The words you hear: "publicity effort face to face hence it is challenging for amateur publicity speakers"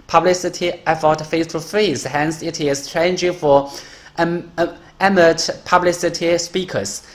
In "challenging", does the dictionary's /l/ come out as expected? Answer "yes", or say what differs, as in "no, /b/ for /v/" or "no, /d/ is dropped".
no, /l/ is dropped